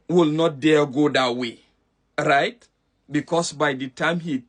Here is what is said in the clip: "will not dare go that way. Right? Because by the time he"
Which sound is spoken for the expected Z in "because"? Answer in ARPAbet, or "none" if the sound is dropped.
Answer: S